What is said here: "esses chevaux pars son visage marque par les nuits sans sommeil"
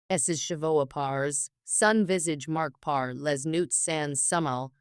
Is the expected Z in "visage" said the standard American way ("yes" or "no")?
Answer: yes